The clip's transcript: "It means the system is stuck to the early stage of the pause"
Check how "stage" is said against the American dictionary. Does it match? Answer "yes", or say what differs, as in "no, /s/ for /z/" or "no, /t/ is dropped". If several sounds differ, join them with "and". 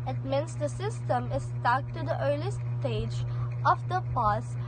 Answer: yes